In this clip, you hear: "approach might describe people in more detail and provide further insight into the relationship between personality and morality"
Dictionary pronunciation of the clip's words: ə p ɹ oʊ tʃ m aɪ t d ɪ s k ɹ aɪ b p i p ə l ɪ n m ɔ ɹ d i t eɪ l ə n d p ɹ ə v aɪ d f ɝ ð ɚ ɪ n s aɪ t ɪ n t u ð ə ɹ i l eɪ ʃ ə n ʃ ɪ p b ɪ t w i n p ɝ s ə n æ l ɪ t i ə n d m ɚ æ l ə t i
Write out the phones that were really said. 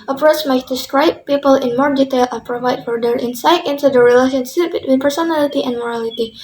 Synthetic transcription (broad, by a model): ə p ɹ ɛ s m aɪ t d ɪ s k ɹ aɪ b p i p ə l ɪ n m ɔ ɹ d i t eɪ l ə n p ɹ ə v aɪ d f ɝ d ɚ ɪ n s aɪ t ɪ n t u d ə ɹ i l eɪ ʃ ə n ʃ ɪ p b ɪ t w i n p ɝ s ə n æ l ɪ t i ə n d m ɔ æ l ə t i